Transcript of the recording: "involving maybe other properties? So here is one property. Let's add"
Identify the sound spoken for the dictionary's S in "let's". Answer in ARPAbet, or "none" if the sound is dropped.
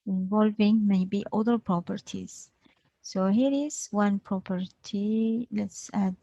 S